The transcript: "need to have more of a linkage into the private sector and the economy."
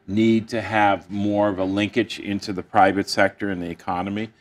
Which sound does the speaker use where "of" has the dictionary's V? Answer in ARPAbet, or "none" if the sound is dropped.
V